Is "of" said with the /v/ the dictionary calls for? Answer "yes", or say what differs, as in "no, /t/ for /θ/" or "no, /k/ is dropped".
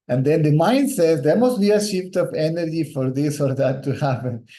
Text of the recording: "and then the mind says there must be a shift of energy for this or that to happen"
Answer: no, /p/ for /v/